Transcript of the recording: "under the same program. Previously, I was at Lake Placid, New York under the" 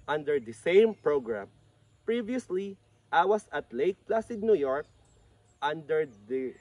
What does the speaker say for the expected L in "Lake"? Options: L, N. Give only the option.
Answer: L